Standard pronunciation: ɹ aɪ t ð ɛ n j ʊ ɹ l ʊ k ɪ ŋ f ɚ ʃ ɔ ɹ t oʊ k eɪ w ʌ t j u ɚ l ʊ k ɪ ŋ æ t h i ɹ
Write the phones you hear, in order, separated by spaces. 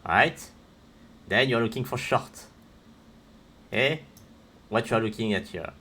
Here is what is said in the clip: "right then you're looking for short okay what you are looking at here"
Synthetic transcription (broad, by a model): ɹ aɪ t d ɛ n j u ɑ l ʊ k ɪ ŋ f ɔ ʃ ɔ ɹ t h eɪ w ʌ t j u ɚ l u k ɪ ŋ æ t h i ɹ